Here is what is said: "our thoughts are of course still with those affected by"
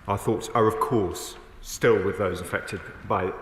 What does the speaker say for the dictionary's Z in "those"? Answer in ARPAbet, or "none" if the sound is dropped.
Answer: Z